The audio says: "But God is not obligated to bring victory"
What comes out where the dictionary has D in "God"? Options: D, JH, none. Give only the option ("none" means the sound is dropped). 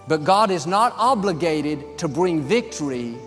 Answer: D